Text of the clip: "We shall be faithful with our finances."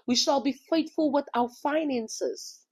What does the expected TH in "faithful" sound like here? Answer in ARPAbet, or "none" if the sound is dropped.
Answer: T